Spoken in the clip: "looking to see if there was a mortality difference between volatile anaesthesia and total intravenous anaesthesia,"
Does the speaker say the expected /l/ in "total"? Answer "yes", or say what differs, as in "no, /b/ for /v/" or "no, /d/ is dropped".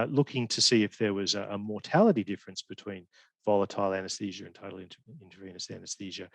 no, /n/ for /l/